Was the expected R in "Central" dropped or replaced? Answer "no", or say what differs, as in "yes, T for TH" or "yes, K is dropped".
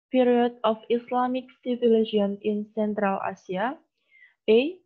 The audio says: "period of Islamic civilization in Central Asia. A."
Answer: no